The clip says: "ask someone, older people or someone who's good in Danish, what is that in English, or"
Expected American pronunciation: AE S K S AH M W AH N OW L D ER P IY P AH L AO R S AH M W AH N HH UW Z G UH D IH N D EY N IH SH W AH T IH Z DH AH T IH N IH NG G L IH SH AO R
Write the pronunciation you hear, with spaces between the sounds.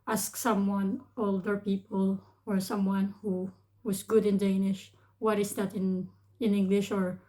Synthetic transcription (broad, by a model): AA S K S AH M W AH N OW L D ER P IY P AH L AO R S AH M W AH N HH UW S G UH D IH N D EY N IH SH W AH T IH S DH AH T IH N IH NG G L IH SH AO R